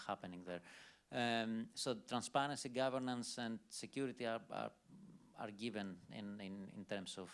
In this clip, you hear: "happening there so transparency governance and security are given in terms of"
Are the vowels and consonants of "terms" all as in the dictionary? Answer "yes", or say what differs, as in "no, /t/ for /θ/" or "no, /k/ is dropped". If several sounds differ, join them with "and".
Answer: no, /s/ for /z/